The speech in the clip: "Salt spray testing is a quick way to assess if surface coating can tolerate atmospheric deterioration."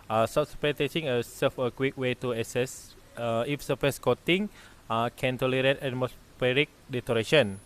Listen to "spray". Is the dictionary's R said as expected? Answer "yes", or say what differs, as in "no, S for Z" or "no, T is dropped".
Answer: no, R is dropped